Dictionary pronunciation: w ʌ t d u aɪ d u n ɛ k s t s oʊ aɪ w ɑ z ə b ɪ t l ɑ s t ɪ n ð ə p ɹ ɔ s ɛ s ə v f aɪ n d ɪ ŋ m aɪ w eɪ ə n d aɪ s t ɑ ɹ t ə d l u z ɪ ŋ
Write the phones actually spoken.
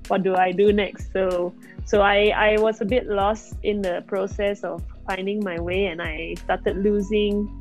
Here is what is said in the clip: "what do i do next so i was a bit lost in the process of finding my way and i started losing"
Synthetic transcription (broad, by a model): w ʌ t d u aɪ d u n ɛ k s t s oʊ aɪ w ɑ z ə b ɪ t l ɑ s t ɪ n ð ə p ɹ ɔ s ɛ s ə f f aɪ n d ɪ ŋ m aɪ w eɪ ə n aɪ s t ɑ t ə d l u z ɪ ŋ